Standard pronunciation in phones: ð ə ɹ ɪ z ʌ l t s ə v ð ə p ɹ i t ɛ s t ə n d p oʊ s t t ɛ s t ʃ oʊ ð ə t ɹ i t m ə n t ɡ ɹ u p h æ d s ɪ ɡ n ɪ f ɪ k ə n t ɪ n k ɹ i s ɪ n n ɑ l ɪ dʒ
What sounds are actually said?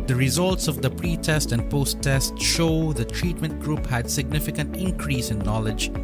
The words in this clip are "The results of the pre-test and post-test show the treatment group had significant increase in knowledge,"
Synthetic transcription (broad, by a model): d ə ɹ ɪ z ʌ l t s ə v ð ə p ɹ i t ɛ s t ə n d p oʊ s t t ɛ s t ʃ oʊ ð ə t ɹ i t m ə n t ɡ ɹ u p h æ d s ɪ ɡ n ɪ f ɪ k ə n t ɪ n k ɹ i s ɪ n n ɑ l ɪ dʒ